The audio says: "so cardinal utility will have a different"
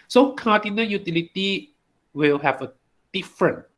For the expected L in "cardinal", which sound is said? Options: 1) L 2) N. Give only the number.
2